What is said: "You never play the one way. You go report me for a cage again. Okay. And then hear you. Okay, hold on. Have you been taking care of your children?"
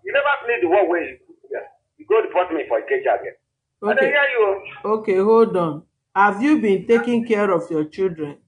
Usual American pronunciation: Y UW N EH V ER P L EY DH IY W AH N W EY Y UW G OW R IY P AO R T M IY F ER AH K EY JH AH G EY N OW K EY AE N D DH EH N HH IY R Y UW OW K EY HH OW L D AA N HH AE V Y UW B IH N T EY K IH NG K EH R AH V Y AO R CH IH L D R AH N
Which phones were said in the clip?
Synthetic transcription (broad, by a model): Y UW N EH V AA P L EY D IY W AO W EY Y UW G OW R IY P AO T M IY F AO AH K EY JH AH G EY OW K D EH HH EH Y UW OW K EY HH OW L D AA N HH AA V Y UW B IH N T EY K IH NG K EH R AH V Y AO CH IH L D R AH N